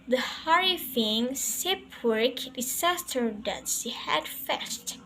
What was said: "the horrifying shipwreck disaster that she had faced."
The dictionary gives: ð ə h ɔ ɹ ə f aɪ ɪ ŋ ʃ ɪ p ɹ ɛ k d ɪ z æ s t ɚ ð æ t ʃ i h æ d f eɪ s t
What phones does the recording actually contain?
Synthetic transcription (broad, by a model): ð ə h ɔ ɹ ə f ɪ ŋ s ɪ p w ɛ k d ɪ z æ s t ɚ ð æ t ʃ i h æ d f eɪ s t